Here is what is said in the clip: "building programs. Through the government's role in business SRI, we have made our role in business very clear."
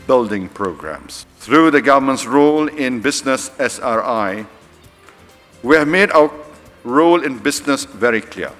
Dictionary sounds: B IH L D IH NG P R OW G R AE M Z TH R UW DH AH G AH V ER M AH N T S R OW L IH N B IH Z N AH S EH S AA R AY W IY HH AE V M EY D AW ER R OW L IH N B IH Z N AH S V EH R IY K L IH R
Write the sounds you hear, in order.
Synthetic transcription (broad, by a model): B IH L D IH NG P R OW G R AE M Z TH R UW DH AH G AH V ER M AH N T S R OW L IH N B IH Z N AH S EH S AA R AY W IY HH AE V M EY D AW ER R OW L IH N B IH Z N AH S V EH R IY K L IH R